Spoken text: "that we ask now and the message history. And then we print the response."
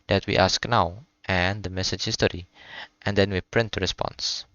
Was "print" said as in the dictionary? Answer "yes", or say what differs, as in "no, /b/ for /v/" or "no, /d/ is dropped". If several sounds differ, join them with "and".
yes